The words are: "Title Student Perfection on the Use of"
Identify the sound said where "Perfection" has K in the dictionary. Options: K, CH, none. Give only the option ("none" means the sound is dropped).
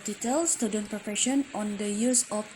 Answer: none